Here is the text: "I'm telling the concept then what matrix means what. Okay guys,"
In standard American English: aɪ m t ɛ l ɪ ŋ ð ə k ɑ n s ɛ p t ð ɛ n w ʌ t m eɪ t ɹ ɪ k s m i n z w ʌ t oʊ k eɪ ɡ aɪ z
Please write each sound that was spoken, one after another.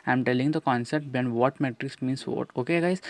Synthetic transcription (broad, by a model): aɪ m t ɛ l ɪ ŋ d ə k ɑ n s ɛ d t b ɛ n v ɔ t m eɪ t ɹ ɪ k s m i n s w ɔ t oʊ k eɪ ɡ aɪ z